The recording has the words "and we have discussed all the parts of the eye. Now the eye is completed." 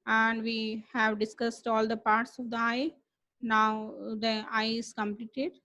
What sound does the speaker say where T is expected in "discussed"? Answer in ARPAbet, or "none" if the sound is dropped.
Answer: T